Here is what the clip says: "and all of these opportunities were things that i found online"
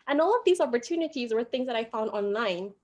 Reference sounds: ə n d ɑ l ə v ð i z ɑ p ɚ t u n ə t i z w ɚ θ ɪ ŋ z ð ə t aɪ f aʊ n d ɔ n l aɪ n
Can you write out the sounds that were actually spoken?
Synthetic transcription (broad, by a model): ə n ɑ l ə v ð i z ɑ p ɚ t u n ə t i z w ɚ θ ɪ ŋ z ð ə t aɪ f aʊ n d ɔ n l aɪ n